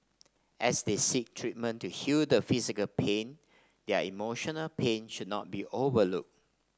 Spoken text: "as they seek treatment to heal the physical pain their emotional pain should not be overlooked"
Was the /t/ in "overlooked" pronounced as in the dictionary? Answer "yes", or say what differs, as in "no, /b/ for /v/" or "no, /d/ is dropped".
no, /t/ is dropped